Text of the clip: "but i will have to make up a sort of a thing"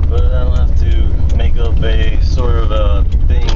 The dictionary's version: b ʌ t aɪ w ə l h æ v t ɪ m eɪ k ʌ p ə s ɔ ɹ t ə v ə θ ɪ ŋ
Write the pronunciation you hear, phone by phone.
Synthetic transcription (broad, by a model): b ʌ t aɪ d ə n h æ f t ɪ m eɪ k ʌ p ə s ɔ ɹ t ə v ə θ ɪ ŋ